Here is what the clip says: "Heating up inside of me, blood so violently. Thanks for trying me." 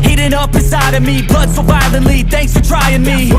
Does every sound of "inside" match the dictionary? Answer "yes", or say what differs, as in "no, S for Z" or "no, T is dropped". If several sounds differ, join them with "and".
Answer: no, N is dropped